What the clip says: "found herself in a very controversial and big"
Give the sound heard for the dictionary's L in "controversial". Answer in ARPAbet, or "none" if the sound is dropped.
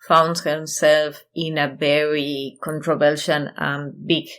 N